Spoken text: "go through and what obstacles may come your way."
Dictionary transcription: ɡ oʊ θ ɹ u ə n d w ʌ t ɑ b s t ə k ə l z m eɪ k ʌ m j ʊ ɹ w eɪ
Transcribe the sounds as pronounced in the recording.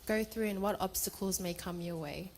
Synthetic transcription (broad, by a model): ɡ oʊ θ ɹ u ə n w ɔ t ɑ b s t ə k ə l z m eɪ k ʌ m j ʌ w eɪ